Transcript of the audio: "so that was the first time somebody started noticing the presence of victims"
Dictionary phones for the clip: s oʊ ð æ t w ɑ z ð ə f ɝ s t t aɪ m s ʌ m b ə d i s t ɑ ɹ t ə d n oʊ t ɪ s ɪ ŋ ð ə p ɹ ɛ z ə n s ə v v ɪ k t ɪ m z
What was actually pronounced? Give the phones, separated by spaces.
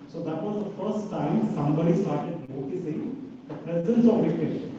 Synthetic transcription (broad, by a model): s oʊ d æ t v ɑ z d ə f ɝ s t t aɪ m s ʌ m b ə d i s t ɑ ɹ t ə d n oʊ t ɪ s ɪ ŋ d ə p ɹ ɛ z ə n s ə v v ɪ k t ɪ